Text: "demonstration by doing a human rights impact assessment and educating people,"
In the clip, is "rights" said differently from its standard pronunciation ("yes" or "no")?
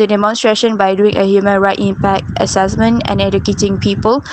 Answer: yes